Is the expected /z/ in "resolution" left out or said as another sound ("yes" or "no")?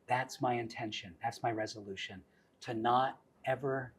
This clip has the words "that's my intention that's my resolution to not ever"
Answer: no